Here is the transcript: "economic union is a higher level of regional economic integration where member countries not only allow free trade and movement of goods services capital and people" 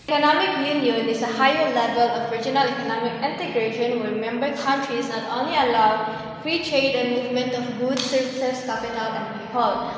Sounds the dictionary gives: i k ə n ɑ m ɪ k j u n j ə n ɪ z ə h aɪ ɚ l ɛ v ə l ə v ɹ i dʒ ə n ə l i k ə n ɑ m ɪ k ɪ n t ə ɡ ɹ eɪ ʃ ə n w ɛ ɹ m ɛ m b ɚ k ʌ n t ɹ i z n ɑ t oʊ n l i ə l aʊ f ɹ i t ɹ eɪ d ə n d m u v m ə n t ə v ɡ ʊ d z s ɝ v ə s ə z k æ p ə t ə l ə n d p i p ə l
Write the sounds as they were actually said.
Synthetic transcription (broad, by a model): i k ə n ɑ m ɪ k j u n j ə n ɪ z ə h aɪ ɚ l ɛ v ə l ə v ɹ i dʒ ə n ə l i k ə n ɑ m ɪ k ɪ n t ə ɡ ɹ eɪ ʃ ə n w ɛ ɹ m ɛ m b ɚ k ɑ n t ɹ i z n ɑ t oʊ n l i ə l aʊ f ɹ i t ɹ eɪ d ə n m u v m ə n t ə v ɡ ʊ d s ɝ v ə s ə s k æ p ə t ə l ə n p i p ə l